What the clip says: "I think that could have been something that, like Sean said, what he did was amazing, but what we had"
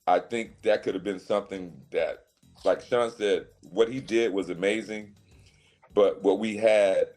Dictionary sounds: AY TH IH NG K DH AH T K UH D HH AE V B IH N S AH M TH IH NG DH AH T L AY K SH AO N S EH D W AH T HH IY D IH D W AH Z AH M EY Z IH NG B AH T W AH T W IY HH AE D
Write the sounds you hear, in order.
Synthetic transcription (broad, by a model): AY TH IH NG K DH AH T K UH D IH V B IH N S AH M TH IH NG DH AH T L AY K SH AO N S EH D W AH T HH IY D IH D W AH Z AH M EY Z IH NG B AH T W AH T W IY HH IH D